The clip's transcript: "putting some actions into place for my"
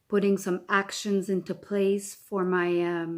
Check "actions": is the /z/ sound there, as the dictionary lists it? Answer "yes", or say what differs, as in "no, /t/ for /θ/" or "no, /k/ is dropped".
yes